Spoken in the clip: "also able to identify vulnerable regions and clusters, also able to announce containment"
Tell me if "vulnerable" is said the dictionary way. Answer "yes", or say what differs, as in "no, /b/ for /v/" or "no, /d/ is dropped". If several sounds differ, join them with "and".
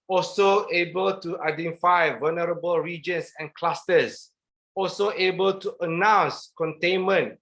yes